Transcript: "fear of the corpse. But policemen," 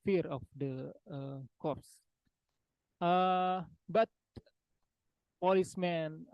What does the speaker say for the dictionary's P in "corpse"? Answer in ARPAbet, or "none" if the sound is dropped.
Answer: none